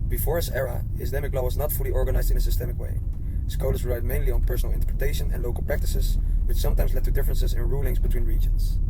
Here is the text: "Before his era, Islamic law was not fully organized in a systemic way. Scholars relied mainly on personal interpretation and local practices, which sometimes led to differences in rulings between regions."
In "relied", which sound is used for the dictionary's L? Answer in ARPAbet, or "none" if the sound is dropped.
none